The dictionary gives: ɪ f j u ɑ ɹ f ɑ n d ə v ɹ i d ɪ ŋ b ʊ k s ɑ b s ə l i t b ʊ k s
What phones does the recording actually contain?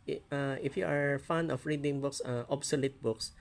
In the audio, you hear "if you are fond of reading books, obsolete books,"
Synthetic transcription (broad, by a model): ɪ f j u ɑ ɹ f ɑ n ə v ɹ i d ɪ ŋ b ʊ k s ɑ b s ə l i t b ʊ k s